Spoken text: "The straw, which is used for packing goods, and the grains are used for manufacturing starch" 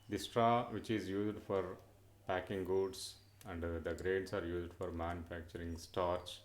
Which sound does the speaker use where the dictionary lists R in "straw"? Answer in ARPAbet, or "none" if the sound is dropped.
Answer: R